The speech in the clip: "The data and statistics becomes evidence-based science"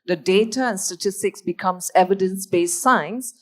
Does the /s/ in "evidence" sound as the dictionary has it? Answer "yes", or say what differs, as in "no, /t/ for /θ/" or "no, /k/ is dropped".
yes